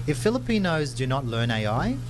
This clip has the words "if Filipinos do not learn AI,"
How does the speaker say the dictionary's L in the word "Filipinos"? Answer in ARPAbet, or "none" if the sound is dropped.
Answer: L